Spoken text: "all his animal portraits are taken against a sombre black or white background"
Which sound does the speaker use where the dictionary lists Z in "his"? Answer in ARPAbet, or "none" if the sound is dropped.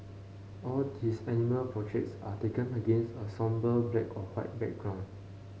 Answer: S